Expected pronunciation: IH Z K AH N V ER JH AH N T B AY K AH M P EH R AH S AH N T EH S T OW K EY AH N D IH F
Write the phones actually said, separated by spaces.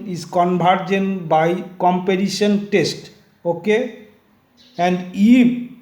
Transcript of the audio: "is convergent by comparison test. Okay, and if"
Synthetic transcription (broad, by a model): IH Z K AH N B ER JH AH N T B AY K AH M P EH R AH SH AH N T EH S T OW K EY AH N D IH